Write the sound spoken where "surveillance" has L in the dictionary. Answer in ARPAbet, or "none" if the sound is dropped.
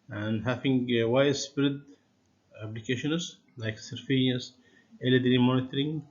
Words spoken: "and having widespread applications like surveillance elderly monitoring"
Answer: none